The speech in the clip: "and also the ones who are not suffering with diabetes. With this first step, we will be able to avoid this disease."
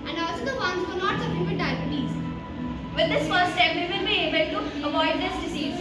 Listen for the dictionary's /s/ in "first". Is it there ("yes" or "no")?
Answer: no